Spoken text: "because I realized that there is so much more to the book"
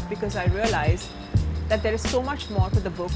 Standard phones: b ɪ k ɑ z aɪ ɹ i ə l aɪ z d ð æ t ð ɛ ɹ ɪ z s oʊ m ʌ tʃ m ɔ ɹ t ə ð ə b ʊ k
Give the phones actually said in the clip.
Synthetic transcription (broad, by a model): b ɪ k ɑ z aɪ ɹ i ə l aɪ z d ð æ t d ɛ ɹ ɪ z s oʊ m ʌ tʃ m ɔ ɹ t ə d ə b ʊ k